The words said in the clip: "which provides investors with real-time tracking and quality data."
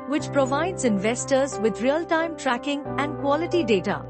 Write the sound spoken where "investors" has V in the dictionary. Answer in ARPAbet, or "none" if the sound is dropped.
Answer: V